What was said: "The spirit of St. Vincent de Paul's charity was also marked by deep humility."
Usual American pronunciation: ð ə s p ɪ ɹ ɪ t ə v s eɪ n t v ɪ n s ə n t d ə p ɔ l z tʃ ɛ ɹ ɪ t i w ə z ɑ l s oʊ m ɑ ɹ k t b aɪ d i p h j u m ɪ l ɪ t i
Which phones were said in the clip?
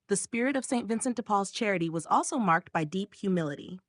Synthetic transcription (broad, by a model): ð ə s p ɪ ɹ ɪ t ə v s eɪ n t v ɪ n s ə n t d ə p ɔ l z tʃ ɛ ɹ ɪ t i w ə z ɑ l s oʊ m ɑ ɹ k t b aɪ d i p h j u m ɪ l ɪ t i